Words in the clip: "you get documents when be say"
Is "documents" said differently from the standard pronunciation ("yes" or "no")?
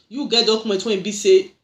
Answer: yes